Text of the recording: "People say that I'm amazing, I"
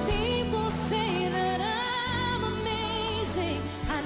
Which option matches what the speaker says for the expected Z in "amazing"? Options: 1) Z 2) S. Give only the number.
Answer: 1